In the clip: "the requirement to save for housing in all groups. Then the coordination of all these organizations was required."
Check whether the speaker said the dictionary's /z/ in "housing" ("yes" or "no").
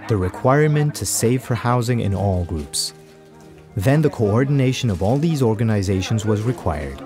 yes